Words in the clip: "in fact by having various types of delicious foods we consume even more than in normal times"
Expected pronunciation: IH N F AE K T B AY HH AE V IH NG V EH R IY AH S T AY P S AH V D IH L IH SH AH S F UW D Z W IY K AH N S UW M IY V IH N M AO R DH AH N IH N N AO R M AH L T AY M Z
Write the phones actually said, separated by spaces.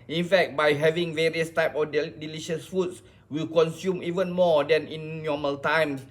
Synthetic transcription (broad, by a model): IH N F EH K T B AY HH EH V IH NG V EH R IY AH S T AY P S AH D D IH L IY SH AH S F UW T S W IY K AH N S UW M IY V IH N M AO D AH N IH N N AO M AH L T AY M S